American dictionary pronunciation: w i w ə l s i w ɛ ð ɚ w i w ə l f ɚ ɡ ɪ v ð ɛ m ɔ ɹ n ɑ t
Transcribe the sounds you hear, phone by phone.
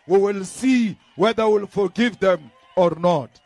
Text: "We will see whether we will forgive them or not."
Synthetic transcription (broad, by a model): w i w ə l s i w ɛ ð ɚ w i l f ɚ ɡ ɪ v ð ɛ m ɔ ɹ n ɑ t